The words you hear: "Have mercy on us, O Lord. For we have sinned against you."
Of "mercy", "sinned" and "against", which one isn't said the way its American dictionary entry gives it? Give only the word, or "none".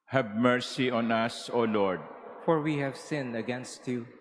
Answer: sinned